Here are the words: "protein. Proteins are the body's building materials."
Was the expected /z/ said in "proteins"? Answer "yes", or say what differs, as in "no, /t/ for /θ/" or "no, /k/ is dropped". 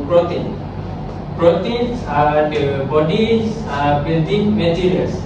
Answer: no, /s/ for /z/